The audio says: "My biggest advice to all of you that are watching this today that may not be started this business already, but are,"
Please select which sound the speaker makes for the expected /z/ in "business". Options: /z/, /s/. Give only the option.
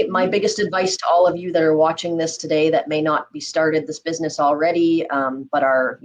/z/